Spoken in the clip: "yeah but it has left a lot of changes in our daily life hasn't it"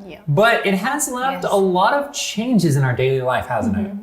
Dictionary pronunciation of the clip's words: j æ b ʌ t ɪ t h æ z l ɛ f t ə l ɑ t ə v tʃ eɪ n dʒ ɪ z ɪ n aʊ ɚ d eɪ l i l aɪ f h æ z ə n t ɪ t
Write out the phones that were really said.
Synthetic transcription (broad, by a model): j b ʌ t ɪ t h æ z l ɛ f t ə l ɑ t ə v tʃ eɪ n dʒ ɪ z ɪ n aʊ ɚ d eɪ l i l aɪ f h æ z n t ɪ t